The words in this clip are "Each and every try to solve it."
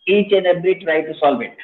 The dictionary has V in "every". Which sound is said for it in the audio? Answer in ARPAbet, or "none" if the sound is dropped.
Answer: B